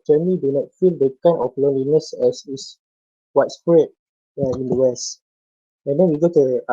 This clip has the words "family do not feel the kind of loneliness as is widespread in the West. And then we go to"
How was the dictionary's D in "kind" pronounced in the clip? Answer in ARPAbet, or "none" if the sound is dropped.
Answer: none